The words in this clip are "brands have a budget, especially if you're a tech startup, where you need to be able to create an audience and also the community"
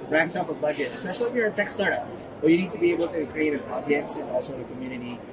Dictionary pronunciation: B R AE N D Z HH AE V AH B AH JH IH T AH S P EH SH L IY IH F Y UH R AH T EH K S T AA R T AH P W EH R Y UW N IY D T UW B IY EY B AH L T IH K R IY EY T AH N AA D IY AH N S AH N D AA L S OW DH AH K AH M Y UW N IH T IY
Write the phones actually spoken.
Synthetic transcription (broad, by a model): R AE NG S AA P AH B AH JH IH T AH S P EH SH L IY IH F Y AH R AH T EH K S T AA R T AH P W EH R Y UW N IY D T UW B IY EY B AH L T IH K R IY EY T AH N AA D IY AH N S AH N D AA L S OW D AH K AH M Y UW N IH T IY